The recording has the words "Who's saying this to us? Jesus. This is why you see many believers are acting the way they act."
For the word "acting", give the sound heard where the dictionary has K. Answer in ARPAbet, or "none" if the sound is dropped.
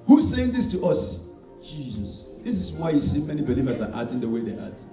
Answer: none